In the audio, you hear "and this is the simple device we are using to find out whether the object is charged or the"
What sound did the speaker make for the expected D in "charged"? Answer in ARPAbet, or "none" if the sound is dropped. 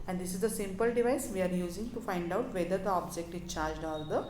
D